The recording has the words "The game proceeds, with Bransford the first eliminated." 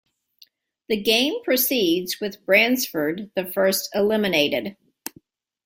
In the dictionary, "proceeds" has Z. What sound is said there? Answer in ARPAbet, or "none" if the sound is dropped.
Z